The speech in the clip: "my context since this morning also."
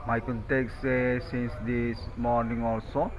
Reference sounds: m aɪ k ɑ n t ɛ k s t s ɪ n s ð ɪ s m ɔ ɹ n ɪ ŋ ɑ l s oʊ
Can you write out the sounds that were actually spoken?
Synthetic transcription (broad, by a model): m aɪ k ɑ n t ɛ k s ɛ s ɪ n s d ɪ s m ɔ ɹ n ɪ ŋ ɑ l s oʊ